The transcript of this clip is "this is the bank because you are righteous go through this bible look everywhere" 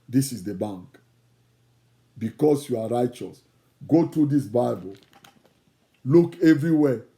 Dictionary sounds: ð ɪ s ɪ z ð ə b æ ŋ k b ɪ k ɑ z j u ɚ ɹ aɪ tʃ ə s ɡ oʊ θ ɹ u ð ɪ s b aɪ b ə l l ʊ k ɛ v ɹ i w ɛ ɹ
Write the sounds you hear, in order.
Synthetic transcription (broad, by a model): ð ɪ s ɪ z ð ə b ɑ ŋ k b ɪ k ɑ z j u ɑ ɹ aɪ tʃ ə s ɡ oʊ t ɹ u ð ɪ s b aɪ b ə l l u k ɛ v ɹ i w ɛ